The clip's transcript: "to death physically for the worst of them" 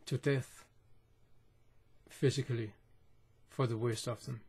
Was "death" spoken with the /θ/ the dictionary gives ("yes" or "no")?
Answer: yes